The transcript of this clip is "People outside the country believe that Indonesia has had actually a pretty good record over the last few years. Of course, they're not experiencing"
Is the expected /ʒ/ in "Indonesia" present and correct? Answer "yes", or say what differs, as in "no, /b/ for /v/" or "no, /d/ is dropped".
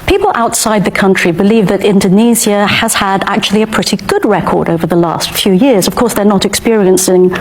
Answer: no, /z/ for /ʒ/